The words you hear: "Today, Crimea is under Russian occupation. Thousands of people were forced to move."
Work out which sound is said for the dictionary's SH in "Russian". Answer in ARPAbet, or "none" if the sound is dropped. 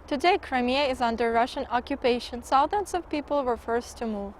SH